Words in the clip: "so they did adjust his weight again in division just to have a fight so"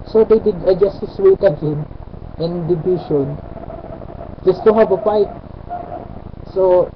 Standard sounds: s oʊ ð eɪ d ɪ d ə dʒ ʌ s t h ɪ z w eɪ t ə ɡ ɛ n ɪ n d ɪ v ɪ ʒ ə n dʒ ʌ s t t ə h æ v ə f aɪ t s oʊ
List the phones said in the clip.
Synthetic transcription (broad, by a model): s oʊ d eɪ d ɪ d ə dʒ ʌ s t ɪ s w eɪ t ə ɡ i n ɪ n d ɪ b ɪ ʃ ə n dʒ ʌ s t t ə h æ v ə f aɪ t s oʊ